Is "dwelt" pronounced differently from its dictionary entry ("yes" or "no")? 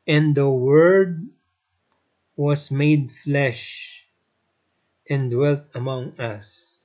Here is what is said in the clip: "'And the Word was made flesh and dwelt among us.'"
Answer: no